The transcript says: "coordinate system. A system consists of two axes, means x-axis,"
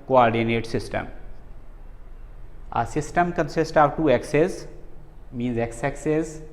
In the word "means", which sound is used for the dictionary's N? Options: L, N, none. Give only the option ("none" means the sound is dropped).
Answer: N